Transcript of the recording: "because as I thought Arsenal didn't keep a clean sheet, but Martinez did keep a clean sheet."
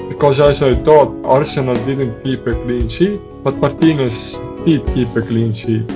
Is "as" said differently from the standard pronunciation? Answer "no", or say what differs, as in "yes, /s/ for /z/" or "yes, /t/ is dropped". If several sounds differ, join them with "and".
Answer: yes, /s/ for /z/